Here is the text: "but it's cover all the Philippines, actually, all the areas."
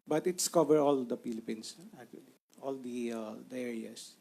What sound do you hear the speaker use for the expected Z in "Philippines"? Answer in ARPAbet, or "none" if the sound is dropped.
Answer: S